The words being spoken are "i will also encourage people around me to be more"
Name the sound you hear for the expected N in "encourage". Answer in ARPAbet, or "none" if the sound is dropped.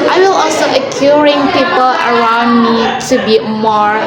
none